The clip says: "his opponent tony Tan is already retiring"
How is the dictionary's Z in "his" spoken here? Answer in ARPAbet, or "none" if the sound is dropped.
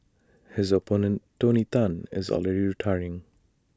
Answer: Z